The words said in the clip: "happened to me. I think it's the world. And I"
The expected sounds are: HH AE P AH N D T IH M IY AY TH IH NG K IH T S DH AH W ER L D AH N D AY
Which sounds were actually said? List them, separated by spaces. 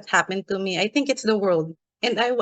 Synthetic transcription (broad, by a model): HH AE P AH N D T IH M IY AY TH IH NG K IH T S DH AH W ER L D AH N AY